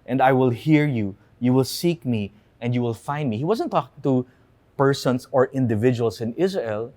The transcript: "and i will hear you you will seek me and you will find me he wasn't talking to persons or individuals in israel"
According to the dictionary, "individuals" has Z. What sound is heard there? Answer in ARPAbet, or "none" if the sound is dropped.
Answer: S